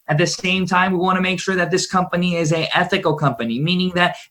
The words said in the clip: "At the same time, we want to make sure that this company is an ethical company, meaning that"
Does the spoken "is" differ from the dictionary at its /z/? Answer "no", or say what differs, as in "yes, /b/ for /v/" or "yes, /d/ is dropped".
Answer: no